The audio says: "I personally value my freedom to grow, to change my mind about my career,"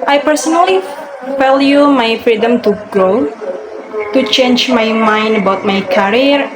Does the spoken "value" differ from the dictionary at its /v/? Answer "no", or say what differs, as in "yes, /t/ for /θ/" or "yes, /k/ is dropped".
yes, /f/ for /v/